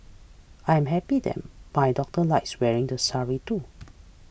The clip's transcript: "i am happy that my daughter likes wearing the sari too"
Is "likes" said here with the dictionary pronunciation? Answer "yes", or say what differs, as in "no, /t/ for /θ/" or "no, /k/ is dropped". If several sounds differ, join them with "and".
yes